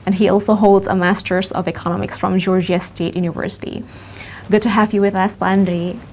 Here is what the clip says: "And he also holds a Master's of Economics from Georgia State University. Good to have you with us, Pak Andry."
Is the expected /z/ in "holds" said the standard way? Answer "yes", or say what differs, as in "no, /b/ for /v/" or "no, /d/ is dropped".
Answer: yes